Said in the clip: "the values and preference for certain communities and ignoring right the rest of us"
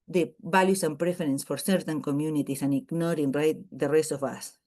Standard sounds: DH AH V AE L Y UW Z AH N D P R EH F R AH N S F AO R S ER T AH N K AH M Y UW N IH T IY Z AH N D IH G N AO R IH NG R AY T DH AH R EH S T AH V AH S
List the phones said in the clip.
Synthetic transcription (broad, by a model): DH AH B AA L Y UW S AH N P R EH F R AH N S F AO R S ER T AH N K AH M Y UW N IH T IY S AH N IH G N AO R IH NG R AY T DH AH R EH S T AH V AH S